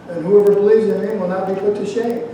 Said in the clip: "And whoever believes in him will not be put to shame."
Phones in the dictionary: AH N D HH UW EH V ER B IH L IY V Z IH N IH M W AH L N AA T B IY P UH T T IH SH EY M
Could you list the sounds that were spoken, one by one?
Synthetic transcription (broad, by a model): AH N HH UW EH V ER B IH L IY V Z IH N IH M W AH L N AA T B IY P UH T T IH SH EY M